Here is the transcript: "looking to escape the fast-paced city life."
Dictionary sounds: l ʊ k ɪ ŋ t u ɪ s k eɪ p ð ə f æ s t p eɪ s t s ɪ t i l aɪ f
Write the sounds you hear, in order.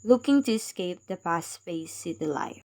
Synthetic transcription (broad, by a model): l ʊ k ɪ ŋ t u ɪ s k eɪ p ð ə p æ s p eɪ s s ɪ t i l aɪ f